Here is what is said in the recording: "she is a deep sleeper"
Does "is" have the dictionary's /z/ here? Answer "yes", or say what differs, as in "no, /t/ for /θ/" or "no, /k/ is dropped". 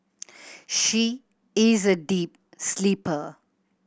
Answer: yes